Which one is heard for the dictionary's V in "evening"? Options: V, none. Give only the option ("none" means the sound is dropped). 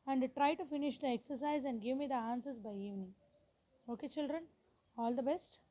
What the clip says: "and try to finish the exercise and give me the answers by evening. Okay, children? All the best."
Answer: V